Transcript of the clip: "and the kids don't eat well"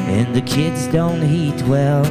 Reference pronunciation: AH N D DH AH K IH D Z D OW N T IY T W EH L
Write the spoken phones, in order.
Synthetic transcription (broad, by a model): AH N DH AH K IH D Z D OW N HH IY T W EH L